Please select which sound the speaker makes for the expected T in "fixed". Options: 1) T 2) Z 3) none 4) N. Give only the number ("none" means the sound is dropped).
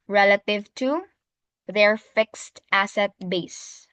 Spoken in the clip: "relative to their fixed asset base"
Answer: 1